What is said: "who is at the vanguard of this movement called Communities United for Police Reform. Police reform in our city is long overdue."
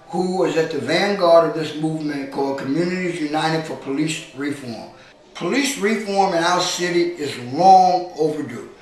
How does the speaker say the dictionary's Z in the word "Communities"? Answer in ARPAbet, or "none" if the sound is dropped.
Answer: Z